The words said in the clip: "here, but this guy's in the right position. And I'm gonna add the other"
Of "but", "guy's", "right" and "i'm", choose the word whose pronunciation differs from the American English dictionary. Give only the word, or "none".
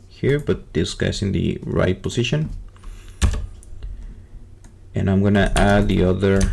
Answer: guy's